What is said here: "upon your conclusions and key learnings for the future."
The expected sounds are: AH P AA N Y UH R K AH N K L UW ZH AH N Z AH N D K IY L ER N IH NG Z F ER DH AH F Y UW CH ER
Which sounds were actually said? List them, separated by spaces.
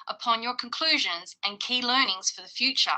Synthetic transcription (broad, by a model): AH P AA N Y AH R K AH N K L UW ZH AH N Z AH N K IY L ER N IH NG Z F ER DH AH F Y UW CH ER